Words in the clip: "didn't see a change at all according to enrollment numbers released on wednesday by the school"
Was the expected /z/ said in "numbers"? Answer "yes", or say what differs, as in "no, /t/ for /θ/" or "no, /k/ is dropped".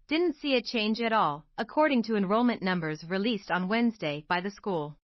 yes